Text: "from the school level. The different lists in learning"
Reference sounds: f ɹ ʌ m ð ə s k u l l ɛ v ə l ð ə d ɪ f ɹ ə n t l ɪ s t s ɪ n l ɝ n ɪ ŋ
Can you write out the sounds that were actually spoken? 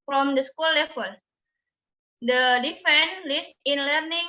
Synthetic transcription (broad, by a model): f ɹ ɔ m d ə s k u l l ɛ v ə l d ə d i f ə n l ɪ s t ɪ n l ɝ n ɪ ŋ